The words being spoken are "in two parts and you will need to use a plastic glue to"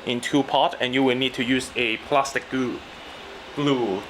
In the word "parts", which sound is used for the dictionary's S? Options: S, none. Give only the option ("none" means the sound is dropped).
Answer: none